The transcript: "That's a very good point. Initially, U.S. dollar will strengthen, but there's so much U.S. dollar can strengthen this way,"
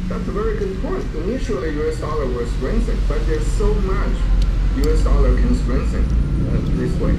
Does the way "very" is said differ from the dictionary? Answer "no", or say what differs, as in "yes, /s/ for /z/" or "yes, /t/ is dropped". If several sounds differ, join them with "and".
no